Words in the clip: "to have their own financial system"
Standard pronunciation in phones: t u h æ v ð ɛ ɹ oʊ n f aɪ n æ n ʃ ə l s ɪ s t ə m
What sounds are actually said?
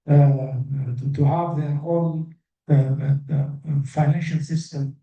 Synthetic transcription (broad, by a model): t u h æ v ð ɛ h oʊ l f aɪ n æ n ʃ ə l s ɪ s t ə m